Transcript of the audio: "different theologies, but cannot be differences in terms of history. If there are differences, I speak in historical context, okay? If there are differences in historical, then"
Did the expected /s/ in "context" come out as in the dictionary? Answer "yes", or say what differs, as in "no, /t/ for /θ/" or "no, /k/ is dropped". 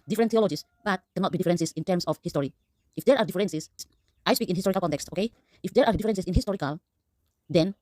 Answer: yes